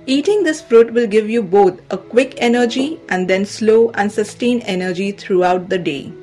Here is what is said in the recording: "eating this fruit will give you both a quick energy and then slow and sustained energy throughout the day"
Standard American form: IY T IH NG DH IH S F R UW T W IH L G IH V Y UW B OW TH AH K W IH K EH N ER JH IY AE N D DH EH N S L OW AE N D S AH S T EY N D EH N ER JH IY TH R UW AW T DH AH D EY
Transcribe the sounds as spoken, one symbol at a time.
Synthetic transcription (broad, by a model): IY T IH NG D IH S F R UW T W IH L G IH V Y UW B OW T AH K W IH K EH N ER JH IY AE N D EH N S L OW AE N D S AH S T EY N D EH N ER JH IY T R UW AW T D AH D EY